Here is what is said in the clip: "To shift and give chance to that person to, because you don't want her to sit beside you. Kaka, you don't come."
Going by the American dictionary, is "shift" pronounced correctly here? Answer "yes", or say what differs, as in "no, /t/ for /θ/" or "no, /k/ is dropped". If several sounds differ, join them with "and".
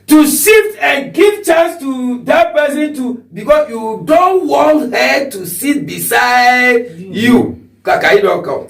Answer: no, /s/ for /ʃ/ and /f/ is dropped